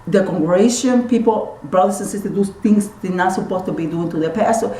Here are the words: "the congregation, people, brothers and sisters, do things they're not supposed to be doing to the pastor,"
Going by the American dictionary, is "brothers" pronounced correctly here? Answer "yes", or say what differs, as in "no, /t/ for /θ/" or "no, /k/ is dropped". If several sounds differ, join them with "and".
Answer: no, /s/ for /z/